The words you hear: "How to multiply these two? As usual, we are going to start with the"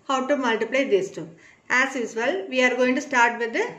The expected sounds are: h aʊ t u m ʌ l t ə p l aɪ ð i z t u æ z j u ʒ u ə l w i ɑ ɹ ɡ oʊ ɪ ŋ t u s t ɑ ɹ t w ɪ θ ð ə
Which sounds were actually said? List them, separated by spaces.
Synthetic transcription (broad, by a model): h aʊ t u m ʌ l t ə p l aɪ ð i s t u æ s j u s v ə l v i ɑ ɹ ɡ oʊ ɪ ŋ t u s t ɑ ɹ t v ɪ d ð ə